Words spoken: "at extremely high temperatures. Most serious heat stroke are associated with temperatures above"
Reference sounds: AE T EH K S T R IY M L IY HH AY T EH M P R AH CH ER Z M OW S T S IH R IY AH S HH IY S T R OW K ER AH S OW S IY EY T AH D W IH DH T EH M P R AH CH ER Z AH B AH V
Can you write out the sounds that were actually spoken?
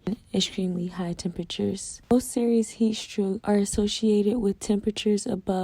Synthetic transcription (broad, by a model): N EH K S T R IY M L IY HH AY T EH M P R AH CH ER Z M OW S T S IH R IY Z HH IY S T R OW ER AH S OW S IY EY T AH D W IH DH T EH M P R AH CH ER Z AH B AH